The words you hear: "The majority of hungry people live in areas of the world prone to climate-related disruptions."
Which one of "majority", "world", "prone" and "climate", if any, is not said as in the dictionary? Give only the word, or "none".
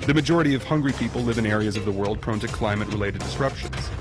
none